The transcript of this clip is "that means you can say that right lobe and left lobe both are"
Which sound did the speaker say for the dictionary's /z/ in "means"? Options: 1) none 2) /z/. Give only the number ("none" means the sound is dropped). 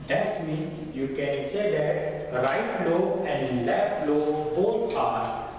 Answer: 1